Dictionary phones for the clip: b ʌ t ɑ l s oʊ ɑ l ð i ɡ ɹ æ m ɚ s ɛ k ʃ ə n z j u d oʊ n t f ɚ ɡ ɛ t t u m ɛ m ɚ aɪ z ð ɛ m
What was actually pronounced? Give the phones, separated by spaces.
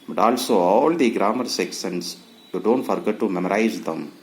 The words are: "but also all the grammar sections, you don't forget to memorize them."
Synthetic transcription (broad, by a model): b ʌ t ɑ l s oʊ ɑ l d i ɡ ɹ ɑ m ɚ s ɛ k s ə n s j u d oʊ n t f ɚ ɡ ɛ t t u m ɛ m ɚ aɪ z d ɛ m